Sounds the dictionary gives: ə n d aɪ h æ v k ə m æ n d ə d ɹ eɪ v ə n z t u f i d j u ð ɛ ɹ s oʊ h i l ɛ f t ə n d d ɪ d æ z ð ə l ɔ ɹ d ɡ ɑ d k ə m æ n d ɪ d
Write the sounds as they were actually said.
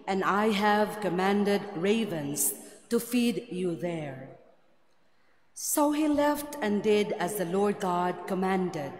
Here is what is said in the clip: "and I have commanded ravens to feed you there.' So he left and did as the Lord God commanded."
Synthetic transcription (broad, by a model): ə n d aɪ h æ v k ə m æ n d ə d ɹ eɪ v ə n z t u f i d j u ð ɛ ɹ s oʊ h i l ɛ f t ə n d d ɪ d æ z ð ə l ɔ ɹ d ɡ ɑ d k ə m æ n d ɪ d